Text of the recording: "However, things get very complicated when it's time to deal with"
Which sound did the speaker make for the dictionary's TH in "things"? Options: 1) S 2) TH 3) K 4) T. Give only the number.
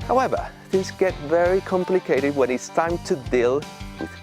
2